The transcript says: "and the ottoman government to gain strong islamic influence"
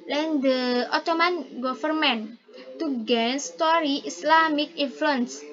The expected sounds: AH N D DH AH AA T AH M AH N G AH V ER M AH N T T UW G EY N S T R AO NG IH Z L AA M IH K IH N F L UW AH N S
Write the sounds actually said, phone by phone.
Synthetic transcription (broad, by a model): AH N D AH AA T AH M AH N G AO F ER M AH N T T UW G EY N S T AO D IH S L AA M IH K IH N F L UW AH N S